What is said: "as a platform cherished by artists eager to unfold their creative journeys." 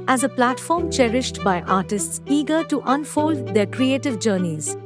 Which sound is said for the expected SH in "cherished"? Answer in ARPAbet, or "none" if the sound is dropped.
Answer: SH